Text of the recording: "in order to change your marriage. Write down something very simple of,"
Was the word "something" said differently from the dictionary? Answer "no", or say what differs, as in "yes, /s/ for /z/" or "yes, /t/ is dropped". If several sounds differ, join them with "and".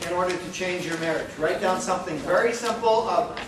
no